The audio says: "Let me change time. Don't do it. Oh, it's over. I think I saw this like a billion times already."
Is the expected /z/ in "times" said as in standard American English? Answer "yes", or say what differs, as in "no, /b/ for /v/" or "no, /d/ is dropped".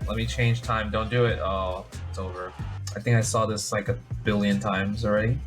yes